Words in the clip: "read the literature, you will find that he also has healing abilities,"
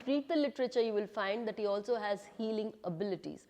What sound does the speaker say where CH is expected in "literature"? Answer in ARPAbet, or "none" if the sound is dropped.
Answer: CH